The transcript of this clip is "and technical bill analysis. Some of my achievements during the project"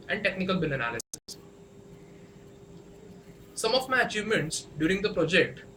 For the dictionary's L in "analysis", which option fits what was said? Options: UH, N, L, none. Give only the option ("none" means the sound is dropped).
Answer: L